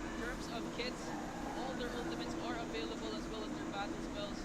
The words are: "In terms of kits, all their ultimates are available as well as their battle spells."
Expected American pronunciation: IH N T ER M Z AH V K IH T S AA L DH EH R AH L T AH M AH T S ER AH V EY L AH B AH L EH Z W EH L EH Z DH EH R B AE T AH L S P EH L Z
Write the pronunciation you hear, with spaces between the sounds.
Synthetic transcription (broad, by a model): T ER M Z AH V K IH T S AA L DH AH R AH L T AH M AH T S ER AH V EY L AH B AH L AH Z W EH L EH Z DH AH R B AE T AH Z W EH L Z